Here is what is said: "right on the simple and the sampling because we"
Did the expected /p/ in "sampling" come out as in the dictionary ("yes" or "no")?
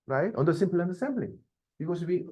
no